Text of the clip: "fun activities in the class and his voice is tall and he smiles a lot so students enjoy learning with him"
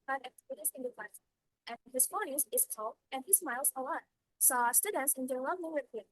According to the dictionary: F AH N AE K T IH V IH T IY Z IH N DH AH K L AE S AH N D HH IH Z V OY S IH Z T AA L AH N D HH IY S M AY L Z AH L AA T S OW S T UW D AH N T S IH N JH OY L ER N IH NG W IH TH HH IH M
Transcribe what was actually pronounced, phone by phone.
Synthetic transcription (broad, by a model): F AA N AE K T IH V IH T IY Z IH N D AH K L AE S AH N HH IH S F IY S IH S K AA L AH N HH IY S M AY L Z AH L AA T S OW S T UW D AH N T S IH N JH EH N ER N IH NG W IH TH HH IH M